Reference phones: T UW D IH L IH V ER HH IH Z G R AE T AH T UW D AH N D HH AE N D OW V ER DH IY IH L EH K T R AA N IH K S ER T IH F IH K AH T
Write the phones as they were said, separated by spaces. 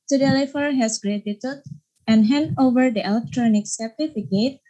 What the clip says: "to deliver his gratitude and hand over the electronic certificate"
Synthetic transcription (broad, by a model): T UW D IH L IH F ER HH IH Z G R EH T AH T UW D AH N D HH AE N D OW V ER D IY IH L EH K T R AA N IH K S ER T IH F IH K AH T